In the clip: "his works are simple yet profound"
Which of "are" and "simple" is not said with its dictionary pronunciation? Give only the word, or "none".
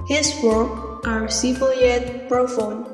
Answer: simple